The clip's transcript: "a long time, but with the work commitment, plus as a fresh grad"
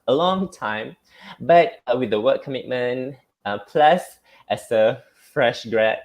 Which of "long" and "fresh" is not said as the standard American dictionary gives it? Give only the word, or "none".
none